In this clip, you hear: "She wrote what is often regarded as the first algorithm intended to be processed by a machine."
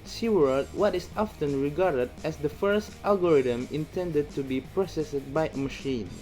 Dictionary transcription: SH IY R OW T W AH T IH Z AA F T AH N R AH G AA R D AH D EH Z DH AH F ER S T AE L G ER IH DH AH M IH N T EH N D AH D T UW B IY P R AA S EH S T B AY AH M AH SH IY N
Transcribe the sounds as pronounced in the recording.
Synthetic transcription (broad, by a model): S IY W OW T W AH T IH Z AA F T AH N R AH G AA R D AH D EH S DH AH F ER S T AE L G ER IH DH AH M IH N T EH N D AH D T UW B IY P R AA S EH S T B AY AH M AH SH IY N